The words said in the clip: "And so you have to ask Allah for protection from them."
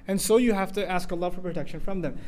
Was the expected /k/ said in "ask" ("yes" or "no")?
yes